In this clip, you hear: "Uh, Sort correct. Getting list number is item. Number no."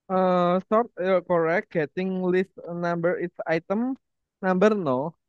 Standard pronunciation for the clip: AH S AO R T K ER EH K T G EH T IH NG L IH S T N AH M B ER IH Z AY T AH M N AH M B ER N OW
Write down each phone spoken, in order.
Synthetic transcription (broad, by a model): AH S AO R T K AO EH K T G EH T IH NG L IH S T N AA M B ER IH S AY T AH M N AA M B ER N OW